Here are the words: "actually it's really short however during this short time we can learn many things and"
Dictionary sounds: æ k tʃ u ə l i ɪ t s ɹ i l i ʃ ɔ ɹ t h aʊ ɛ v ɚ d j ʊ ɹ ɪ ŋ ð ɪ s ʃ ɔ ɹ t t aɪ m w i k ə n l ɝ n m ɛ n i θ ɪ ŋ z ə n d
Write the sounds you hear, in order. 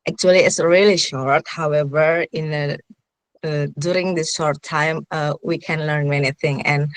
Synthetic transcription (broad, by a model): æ k tʃ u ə l i ɪ t s ɹ i l i ʃ ɔ ɹ t h aʊ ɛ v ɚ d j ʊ ɹ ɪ ŋ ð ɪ s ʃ ɔ ɹ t t aɪ m w i k ə n l ɝ n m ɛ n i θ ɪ ŋ ə n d